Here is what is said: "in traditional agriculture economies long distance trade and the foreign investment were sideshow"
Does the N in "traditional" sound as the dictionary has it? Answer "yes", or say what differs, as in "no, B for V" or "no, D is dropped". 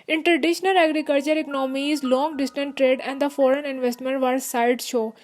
yes